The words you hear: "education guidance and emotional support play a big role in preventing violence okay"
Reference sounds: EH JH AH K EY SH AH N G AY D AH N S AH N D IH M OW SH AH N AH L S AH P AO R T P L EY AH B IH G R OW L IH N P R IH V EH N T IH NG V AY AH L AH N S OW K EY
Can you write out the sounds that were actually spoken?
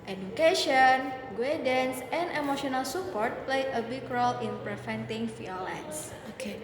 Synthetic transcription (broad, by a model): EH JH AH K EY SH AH N G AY D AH N S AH N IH M OW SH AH N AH L S AH P AO R T P L EY AH B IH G R OW L IH N P R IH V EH N T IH NG F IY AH L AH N S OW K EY